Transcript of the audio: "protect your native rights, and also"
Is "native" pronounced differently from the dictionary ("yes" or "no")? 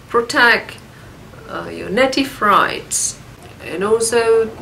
yes